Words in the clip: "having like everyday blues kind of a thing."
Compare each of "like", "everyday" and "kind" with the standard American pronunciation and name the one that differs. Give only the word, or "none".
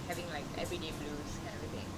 kind